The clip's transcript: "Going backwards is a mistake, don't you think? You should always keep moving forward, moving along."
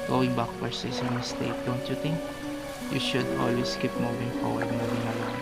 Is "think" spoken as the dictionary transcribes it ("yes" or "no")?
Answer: no